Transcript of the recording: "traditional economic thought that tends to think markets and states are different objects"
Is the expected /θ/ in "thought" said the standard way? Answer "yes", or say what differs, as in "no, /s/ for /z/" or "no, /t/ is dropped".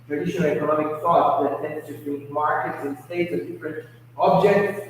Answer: no, /f/ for /θ/